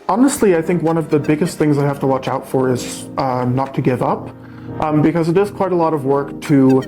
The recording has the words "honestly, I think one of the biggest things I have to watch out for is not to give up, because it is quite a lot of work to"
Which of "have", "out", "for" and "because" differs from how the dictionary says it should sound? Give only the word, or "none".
have